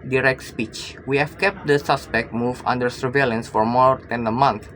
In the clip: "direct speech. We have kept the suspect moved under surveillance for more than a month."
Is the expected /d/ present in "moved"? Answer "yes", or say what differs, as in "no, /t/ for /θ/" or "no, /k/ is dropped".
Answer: no, /d/ is dropped